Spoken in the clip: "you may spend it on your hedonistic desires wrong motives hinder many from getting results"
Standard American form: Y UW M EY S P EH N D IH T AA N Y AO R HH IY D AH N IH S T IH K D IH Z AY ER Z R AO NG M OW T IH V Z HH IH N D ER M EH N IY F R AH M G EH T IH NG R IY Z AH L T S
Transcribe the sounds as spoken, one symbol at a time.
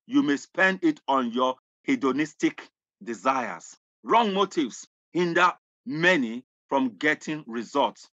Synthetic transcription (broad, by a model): Y UW M EY S P EH N D IH T AA N Y AO HH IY D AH N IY S T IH K D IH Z AY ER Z R AO NG M OW T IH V S HH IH N D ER M EH N IY F R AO M G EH T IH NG R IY Z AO L T S